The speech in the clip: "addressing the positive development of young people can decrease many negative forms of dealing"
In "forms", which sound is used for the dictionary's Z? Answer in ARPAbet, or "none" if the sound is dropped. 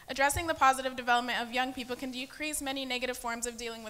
Z